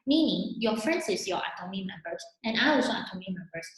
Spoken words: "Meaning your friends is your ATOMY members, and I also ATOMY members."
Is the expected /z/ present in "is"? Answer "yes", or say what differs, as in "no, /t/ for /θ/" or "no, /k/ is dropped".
no, /s/ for /z/